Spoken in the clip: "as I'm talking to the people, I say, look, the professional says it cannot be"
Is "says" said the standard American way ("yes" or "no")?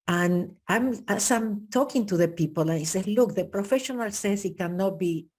no